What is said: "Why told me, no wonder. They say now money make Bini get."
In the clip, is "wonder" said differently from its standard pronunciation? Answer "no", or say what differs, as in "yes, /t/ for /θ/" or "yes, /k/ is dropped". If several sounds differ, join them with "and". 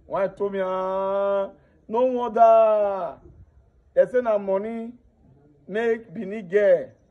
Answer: yes, /n/ is dropped